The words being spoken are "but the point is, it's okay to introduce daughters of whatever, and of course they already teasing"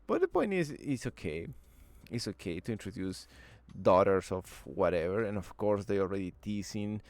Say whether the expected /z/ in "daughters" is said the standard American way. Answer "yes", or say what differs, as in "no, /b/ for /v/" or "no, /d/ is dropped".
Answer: no, /s/ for /z/